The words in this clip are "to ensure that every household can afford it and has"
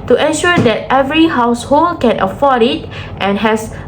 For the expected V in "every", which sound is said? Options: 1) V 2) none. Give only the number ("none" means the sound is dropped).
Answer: 1